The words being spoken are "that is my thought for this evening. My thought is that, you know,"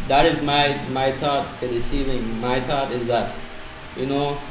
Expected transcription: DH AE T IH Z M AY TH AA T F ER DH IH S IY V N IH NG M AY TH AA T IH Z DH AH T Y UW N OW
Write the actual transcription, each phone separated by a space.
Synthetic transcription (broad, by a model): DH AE T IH Z M AY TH AA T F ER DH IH S IY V IH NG M AY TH AA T IH Z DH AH T Y UW N OW